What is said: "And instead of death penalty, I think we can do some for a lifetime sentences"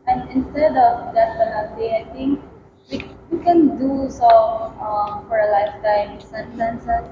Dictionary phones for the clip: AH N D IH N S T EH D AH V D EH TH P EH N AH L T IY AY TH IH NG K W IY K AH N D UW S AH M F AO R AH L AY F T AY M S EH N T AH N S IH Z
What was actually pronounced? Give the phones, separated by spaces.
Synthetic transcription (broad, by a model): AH N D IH N S T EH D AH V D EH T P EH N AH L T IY AY T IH NG K W IY K AH N D UW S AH M F AO R AH L AY F T AY M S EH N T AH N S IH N